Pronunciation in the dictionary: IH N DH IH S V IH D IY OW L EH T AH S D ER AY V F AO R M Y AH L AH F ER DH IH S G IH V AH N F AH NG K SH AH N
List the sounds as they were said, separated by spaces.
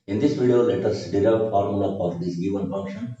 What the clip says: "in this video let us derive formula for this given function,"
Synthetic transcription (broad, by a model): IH N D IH S V IH D IY OW L EH T AH S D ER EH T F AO R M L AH AH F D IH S G IH V AH N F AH NG K SH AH N